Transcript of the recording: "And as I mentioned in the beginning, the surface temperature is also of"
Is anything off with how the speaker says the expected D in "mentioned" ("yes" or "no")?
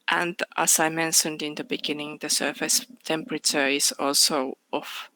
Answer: no